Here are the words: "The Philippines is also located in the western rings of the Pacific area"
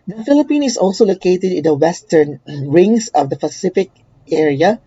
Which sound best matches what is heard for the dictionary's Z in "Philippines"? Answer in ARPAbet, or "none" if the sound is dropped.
none